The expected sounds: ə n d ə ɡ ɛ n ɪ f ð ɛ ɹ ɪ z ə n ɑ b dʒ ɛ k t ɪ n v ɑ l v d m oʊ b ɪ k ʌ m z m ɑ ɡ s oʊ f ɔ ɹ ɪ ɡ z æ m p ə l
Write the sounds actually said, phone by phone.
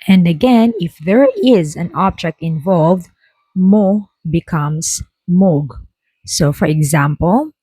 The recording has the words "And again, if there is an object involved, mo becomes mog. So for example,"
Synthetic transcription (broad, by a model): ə n d ə ɡ ɛ n ɪ f ð ɛ ɹ ɪ z ə n ɑ b dʒ ɛ k t ɪ n v ɑ l v d m oʊ b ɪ k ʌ m s m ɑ ɡ s oʊ f ɔ ɹ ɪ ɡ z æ m p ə l